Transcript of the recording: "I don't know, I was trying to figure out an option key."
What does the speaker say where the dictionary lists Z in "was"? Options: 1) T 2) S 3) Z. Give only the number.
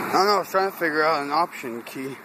2